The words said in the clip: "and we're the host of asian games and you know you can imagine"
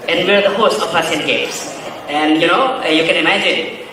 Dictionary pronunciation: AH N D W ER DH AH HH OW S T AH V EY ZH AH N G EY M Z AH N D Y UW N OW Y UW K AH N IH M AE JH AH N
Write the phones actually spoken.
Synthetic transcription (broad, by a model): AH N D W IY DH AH HH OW S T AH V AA S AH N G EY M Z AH N Y UW N OW Y UW K AH N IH M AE JH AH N